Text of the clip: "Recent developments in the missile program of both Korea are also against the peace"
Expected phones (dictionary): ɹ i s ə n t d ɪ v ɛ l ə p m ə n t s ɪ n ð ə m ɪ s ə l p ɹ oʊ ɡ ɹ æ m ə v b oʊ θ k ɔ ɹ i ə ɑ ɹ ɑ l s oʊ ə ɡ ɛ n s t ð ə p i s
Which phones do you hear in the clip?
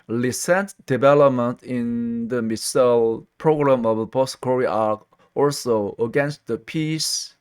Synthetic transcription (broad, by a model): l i s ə n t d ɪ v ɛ l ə p m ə n t ɪ n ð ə m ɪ s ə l p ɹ oʊ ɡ ɹ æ m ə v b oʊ t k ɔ ɹ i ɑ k ɑ l s oʊ ə ɡ ɛ n s t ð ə p i s